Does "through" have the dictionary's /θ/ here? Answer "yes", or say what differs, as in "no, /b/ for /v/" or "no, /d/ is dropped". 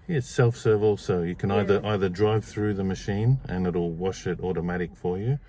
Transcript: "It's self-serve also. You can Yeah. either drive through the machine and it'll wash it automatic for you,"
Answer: yes